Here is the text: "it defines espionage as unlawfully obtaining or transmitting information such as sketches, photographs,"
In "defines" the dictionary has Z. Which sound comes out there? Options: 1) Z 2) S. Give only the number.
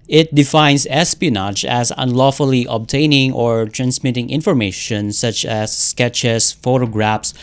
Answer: 2